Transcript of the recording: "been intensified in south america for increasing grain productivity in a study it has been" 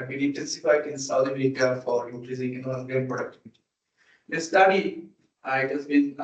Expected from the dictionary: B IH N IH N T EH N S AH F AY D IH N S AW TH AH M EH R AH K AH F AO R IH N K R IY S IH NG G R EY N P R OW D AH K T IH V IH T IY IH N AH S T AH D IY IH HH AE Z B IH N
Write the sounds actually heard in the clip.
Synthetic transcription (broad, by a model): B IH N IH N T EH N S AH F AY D IH N S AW T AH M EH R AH K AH F AO R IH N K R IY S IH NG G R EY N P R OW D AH K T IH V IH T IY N AH S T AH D IY IH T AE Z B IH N